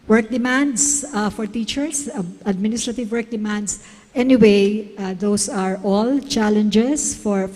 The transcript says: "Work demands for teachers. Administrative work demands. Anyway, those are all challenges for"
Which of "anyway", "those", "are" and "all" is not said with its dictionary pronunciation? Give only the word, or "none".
those